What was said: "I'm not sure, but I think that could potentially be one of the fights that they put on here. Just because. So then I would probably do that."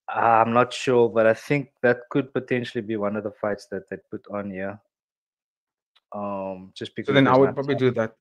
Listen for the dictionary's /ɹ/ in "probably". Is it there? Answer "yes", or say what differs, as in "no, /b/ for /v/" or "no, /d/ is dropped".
yes